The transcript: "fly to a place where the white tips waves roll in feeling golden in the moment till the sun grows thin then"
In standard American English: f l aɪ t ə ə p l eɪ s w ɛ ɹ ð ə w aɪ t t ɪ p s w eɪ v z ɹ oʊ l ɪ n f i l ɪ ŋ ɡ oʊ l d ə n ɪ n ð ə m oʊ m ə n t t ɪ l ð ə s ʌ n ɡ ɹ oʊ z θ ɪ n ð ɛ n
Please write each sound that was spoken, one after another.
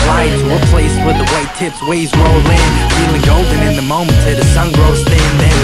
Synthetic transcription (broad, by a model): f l aɪ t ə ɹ p l eɪ s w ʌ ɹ ð ə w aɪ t t ɪ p s w eɪ z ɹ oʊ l ɪ n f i l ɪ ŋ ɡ oʊ l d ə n ɪ n ð ə m oʊ m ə n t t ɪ ð ə s ʌ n ɡ ɹ oʊ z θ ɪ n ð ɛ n